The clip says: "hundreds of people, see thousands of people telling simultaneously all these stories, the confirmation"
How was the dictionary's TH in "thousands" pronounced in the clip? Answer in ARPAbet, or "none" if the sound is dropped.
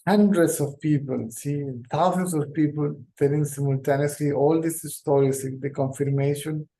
T